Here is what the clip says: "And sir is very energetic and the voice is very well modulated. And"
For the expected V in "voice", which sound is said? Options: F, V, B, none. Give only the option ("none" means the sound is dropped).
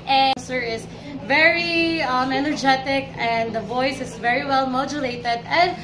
V